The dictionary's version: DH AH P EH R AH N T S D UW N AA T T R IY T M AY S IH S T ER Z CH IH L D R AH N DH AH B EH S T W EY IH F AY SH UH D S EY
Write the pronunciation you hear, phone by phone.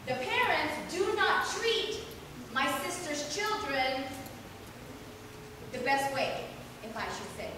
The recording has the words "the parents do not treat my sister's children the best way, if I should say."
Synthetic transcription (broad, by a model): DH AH P EH R AH N T S D UW N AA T T R IY T M AY S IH S T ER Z CH IH L D R AH N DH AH B EH S T W EY IH F AY SH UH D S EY